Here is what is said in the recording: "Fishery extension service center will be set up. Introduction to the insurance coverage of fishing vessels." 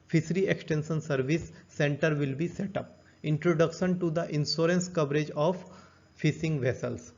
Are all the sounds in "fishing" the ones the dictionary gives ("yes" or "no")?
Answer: no